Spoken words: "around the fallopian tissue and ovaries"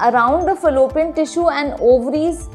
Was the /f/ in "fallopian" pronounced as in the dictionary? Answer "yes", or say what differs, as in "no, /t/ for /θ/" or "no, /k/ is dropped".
yes